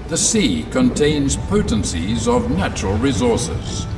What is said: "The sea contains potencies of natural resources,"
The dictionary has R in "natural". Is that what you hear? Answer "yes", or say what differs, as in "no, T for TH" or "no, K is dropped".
yes